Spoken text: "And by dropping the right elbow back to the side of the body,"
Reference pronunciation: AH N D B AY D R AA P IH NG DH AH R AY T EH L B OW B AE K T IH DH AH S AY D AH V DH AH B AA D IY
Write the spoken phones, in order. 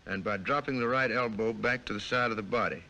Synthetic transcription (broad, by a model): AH N B AY D R AA P IH NG DH AH R AY T EH L B OW B AE K T IH DH AH S AY D AH V DH AH B AA D IY